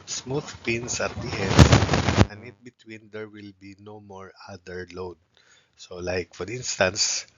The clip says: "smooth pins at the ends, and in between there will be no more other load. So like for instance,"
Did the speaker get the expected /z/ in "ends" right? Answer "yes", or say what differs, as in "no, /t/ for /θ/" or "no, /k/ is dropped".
no, /z/ is dropped